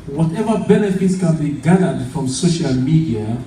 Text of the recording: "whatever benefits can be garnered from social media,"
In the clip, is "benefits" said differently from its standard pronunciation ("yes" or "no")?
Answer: no